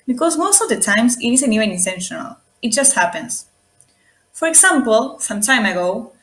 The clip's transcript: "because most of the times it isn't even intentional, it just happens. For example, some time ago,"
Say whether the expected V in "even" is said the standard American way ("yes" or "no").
no